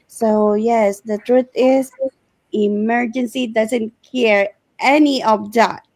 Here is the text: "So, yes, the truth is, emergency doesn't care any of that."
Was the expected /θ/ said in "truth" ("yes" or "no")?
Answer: no